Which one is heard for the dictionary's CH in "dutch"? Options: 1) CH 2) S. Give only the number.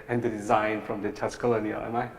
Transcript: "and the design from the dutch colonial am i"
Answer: 2